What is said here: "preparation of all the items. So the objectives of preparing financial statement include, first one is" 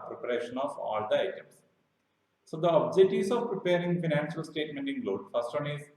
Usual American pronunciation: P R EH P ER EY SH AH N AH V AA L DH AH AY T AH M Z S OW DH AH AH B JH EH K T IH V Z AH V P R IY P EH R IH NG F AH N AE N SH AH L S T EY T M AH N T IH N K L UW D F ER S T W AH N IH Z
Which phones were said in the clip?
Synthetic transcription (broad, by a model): P R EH P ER EY SH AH N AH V AA L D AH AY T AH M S S OW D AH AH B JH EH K T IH Z AH V P R IY P EH R IH NG F AH N AE N SH AH L S T EY T M AH N T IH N L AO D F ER S T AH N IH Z